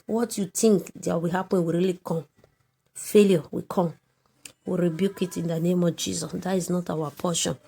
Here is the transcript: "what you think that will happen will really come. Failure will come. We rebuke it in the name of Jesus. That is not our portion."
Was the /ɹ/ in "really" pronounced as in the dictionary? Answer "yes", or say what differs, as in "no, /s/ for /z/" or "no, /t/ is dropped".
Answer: yes